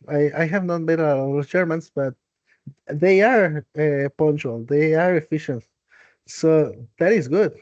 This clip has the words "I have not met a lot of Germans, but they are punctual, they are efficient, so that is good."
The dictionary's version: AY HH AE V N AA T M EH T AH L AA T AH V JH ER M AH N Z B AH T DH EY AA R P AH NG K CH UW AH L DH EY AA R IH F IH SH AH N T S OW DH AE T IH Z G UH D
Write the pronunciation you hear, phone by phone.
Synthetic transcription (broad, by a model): AY HH AE V N AA T M EH T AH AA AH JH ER M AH N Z B AH T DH EY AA R P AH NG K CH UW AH L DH EY AA R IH F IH SH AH N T S OW DH AE T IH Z G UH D